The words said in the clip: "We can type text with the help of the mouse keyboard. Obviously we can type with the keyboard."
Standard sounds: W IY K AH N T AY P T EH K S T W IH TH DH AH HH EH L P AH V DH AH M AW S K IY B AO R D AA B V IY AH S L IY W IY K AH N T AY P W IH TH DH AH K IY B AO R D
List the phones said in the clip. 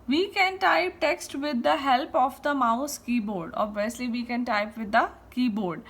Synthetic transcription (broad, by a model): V IY K AH N T AY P T EH K S T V IH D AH HH EH L P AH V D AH M AW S K IY B AO R D AA B V IY AH S L IY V IY K AH N T AY P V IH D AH K IY B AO R D